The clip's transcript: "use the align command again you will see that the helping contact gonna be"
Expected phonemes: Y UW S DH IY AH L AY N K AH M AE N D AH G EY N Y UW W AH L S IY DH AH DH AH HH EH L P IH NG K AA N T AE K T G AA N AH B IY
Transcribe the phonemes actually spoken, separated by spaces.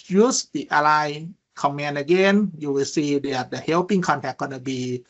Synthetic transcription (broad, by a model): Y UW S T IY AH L AY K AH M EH N AH G EY N Y UW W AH S IY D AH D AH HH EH W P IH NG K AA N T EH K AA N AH B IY